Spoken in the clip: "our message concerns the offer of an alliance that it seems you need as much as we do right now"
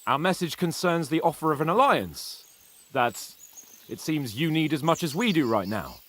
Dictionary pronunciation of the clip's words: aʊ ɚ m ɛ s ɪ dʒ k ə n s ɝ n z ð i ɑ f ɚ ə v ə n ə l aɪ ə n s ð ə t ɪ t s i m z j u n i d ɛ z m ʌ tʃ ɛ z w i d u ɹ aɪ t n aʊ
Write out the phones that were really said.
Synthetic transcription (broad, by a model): aʊ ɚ m ɛ s ɪ dʒ k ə n s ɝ n z ð i ɑ f ɚ ə v ə n ə l aɪ ə n s ð ə t ɪ t s i m z j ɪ n i d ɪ z m ʌ tʃ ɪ z w i d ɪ ɹ aɪ t n aʊ